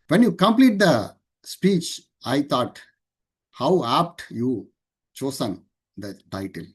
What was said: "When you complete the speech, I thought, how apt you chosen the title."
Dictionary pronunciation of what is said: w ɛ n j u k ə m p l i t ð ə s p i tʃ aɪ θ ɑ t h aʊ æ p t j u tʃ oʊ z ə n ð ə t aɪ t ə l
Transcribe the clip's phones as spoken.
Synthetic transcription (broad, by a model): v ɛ n j u k ə m p l i t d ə s p i tʃ aɪ t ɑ t h aʊ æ p t j u tʃ oʊ s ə n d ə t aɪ t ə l